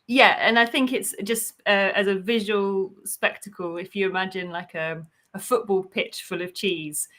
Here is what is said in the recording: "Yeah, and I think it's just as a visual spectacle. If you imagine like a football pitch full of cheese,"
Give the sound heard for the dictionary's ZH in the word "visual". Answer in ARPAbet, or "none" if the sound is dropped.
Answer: ZH